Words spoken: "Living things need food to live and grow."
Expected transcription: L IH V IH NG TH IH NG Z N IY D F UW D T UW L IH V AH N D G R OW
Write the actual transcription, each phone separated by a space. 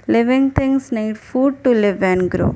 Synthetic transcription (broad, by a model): L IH V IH NG T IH NG S N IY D F UW D T UW L IH V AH N G R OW